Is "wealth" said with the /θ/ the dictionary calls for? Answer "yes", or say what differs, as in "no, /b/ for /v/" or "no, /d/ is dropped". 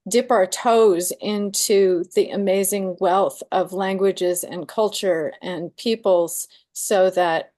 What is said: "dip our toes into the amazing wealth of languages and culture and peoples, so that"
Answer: yes